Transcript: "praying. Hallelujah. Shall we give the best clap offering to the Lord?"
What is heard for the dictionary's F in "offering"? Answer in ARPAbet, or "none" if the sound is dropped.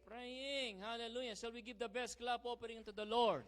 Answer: P